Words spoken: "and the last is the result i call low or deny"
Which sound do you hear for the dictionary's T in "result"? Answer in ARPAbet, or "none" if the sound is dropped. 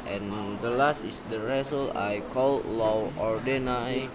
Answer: none